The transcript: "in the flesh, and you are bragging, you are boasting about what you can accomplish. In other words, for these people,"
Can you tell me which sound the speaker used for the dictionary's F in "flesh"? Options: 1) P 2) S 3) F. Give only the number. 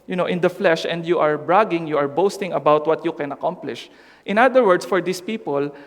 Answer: 3